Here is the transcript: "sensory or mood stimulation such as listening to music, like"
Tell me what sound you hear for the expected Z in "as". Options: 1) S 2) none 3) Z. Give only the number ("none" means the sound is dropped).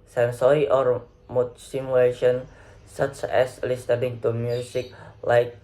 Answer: 1